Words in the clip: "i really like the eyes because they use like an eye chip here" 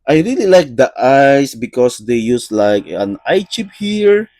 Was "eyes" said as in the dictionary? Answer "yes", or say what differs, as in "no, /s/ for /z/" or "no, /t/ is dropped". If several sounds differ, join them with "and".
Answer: no, /s/ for /z/